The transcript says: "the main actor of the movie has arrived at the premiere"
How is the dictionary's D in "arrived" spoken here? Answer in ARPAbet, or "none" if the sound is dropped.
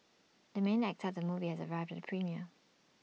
D